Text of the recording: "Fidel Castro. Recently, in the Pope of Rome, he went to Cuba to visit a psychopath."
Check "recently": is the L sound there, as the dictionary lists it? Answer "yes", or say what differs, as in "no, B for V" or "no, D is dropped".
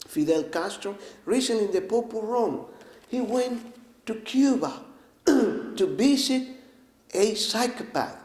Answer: no, L is dropped